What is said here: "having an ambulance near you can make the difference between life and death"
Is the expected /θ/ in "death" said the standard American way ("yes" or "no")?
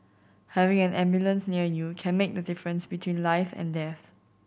yes